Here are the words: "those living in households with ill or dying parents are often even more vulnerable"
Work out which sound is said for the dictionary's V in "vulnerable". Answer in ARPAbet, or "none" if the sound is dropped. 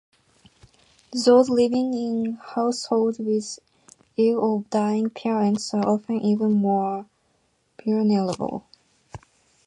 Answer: B